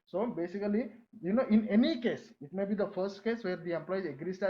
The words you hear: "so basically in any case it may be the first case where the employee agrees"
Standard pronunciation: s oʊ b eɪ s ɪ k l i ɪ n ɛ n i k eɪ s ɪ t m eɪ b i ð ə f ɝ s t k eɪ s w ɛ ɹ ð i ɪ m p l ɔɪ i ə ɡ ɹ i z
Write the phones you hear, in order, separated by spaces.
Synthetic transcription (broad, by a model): s oʊ b eɪ s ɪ k l i ɪ n ɛ n i k eɪ s ɪ t m eɪ b i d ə f ɝ s t k eɪ s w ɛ ɹ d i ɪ m p l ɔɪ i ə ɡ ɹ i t